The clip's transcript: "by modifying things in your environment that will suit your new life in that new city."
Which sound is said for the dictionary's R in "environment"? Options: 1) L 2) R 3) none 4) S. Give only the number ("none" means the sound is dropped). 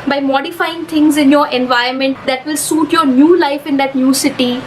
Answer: 3